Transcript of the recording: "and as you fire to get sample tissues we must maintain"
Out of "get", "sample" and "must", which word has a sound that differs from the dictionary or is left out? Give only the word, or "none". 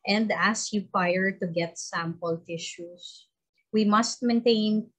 none